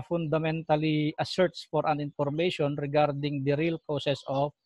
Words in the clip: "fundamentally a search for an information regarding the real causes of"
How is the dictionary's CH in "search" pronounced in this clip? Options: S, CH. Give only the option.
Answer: S